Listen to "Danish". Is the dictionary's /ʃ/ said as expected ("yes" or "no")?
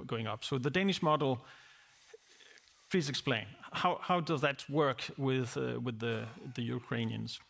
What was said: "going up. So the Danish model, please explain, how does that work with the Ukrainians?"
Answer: yes